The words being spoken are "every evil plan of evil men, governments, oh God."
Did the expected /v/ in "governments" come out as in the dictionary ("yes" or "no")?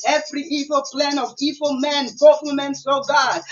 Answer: no